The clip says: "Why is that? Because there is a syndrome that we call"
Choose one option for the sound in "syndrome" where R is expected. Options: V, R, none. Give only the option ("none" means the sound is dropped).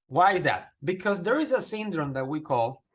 R